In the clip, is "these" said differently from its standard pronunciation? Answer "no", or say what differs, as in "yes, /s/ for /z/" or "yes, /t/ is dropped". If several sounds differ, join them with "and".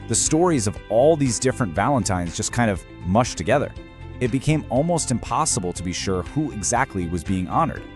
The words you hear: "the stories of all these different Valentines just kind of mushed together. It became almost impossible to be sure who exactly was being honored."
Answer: no